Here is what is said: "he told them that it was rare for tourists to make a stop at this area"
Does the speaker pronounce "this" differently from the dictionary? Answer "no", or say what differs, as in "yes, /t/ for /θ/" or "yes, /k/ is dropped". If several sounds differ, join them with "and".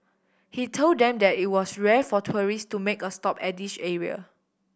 yes, /ʃ/ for /s/